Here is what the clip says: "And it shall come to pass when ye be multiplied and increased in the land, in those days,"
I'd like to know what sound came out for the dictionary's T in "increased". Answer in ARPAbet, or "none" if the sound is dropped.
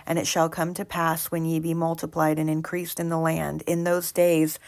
T